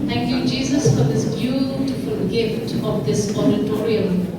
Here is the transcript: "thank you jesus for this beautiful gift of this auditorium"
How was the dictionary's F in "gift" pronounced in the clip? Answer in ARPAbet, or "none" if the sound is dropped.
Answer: F